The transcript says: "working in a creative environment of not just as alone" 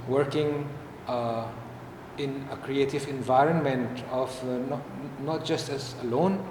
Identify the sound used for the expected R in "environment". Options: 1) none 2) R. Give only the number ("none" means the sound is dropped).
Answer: 2